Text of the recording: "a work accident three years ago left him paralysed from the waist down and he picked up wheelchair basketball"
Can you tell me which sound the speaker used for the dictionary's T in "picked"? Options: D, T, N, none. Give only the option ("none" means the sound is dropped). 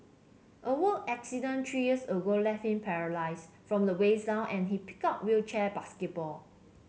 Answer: none